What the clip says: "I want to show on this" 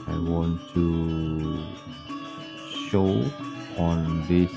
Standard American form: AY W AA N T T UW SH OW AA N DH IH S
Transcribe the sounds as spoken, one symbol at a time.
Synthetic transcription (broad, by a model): AY W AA N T T UW SH OW AA N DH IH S